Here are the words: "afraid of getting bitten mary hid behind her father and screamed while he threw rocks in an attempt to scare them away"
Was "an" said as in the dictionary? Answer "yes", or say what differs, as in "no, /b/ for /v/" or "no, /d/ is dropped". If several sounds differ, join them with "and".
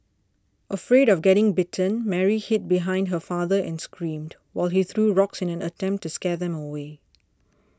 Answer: yes